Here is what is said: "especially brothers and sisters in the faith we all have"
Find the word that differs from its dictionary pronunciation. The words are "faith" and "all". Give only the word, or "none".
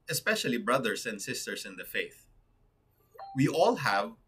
none